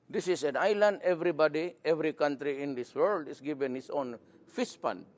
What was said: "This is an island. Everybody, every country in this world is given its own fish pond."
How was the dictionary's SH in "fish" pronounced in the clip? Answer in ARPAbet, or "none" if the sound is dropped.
S